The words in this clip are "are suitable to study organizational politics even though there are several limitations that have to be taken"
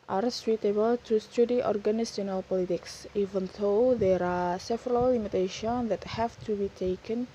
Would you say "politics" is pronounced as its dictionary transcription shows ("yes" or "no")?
yes